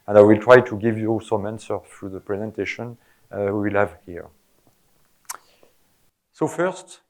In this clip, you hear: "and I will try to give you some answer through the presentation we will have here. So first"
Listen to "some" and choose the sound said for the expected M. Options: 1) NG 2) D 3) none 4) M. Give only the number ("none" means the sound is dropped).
4